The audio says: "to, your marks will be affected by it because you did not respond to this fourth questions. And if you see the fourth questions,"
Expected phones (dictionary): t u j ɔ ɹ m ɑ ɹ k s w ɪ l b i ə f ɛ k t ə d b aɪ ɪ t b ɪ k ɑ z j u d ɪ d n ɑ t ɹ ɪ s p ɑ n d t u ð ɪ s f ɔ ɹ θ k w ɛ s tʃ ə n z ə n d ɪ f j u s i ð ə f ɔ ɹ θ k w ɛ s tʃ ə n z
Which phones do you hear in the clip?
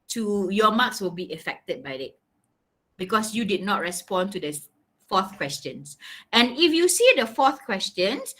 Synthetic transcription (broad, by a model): t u j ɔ m ɑ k s w ɪ l b i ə f ɛ k t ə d b aɪ ɪ t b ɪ k ɑ s j u d ɪ d n ɑ t ɹ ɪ s p ɑ n t u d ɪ f ɔ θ k w ɛ s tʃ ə n s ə n ɪ f j u s i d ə f ɔ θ k w ɛ s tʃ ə n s